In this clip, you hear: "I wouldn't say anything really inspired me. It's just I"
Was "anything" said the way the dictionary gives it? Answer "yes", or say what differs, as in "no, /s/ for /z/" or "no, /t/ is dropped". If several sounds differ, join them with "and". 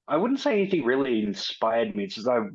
yes